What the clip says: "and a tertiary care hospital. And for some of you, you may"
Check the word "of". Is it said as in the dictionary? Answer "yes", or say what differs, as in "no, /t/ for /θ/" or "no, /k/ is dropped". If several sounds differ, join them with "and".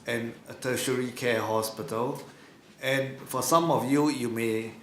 no, /f/ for /v/